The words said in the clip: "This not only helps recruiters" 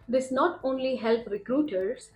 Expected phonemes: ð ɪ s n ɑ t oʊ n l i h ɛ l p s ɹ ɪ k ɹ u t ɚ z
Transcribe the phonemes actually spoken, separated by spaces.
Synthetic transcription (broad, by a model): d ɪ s n ɑ t oʊ n l i h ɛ l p ɹ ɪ k ɹ u t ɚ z